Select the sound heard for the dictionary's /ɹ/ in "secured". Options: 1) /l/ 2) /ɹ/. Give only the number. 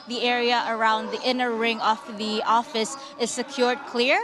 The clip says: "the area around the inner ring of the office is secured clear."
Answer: 2